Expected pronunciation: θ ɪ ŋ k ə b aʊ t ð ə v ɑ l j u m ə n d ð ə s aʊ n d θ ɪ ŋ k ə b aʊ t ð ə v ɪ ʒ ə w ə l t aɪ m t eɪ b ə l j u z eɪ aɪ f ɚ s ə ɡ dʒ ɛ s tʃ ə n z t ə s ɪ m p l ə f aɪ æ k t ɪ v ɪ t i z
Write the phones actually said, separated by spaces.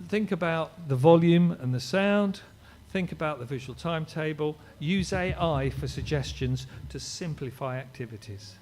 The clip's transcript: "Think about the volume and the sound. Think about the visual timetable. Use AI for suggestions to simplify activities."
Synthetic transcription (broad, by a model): θ ɪ ŋ k ə b aʊ t ð ə v ɑ l j u m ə n ð ə s aʊ n d θ ɪ ŋ k ə b aʊ t ð ə v ɪ ʒ ə w ə l t aɪ m t eɪ b ə l j u z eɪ aɪ f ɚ s ə ɡ dʒ ɛ s tʃ ə n z t ə s ɪ m p l ə f aɪ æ k t ɪ v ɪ t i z